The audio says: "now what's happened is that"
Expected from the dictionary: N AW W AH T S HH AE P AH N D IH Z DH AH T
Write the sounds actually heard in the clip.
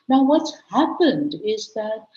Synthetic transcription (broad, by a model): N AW W AH T S HH AE P AH N D IH Z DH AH T